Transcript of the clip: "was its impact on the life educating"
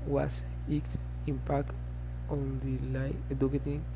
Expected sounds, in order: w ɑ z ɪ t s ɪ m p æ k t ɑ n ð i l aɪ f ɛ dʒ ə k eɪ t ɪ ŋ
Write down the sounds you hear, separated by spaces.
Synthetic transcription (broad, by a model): w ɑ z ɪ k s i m p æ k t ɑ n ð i l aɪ ɛ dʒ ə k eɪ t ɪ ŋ